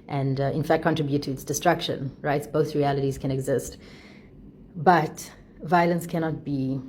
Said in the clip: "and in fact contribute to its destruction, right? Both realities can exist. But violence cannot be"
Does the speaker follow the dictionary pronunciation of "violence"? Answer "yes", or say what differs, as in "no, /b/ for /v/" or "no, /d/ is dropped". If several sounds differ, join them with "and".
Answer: yes